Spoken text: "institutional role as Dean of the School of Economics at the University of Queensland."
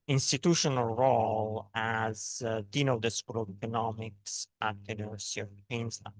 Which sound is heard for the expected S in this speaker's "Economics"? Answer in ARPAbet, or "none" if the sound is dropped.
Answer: S